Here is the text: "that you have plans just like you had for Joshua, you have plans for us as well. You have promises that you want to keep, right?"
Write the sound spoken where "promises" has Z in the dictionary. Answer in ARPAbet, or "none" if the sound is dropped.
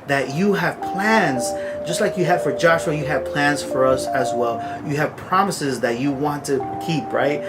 Z